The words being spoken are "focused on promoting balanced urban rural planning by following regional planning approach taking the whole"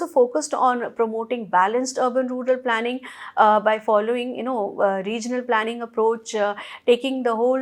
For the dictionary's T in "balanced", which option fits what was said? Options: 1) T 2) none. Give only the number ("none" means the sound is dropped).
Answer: 1